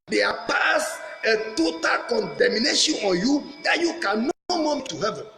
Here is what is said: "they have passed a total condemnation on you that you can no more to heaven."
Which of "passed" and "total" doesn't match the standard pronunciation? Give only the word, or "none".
passed